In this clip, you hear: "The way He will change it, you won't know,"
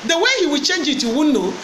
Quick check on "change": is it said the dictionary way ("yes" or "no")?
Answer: yes